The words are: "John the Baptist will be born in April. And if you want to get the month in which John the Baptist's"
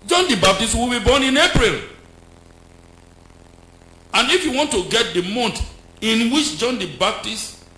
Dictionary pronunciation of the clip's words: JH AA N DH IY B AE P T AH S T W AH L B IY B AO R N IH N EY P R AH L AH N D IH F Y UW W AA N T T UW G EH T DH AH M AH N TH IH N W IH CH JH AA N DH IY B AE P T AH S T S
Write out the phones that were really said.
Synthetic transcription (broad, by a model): JH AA N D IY B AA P T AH S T W AH L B IY B AO N IH N EY P R AH L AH N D IH F Y UW W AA N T T UW G EH T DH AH M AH N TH IH N W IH CH JH AA N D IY B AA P T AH S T